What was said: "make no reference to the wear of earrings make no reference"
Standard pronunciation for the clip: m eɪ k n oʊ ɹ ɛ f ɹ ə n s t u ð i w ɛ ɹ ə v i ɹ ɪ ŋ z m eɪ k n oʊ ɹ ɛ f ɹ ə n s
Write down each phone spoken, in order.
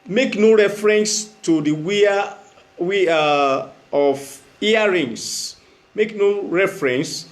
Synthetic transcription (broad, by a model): m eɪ k n oʊ ɹ ɛ f ɹ ə n s t u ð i w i w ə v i ɹ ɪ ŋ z m eɪ k n oʊ ɹ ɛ f ɹ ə n s